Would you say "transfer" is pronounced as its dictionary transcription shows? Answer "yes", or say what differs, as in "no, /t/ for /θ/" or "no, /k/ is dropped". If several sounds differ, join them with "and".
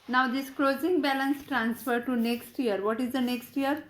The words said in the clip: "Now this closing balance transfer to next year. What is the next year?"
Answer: yes